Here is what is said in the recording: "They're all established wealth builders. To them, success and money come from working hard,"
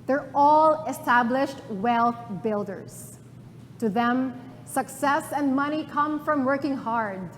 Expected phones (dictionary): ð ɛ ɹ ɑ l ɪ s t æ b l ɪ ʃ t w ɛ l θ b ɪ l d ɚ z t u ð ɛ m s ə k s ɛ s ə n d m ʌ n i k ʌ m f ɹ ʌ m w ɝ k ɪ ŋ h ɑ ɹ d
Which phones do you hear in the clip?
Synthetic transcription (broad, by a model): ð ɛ ɹ ɑ l ɪ s t æ b l ɪ ʃ t w ɛ l θ b ɪ l d ɚ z t u ð ɛ m s ə k s ɛ s ə n d m ʌ n i k ʌ m f ɹ ʌ m w ɝ k ɪ ŋ h ɑ ɹ d